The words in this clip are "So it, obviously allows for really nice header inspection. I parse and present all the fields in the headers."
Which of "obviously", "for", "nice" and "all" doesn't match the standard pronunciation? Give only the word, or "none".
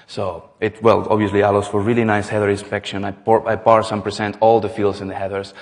none